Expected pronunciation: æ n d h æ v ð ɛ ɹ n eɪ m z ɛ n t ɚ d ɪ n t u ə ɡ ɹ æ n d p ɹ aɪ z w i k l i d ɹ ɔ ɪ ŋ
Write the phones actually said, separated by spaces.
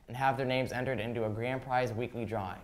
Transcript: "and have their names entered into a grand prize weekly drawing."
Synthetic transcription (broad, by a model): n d h æ v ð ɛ ɹ n eɪ m z ɛ n t ɚ d ɪ n t u ə ɡ ɹ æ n p ɹ aɪ z w i k l i d ɹ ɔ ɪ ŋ